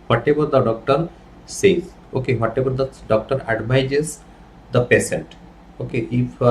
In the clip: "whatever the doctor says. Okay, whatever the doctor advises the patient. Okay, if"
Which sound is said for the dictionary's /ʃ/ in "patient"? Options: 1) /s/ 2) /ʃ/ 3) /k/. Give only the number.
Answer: 1